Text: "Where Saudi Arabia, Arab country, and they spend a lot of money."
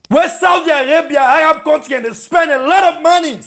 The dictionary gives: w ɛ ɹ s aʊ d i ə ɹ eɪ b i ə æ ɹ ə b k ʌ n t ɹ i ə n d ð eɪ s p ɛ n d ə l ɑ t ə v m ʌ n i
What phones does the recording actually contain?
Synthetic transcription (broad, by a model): w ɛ s aʊ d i ə ɹ eɪ b i ə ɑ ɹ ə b k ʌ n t i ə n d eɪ s p ɛ n d ə l ɑ t ə v m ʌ n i